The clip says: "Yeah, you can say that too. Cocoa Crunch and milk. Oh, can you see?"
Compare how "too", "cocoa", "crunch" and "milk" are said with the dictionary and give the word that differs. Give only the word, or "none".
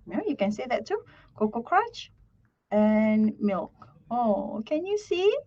crunch